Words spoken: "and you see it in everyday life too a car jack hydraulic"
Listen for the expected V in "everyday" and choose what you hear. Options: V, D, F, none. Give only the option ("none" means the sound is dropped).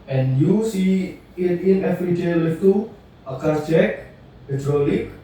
F